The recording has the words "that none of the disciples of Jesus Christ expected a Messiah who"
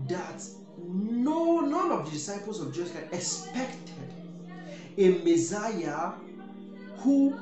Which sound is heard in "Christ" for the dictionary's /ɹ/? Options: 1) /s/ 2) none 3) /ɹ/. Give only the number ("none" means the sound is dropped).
2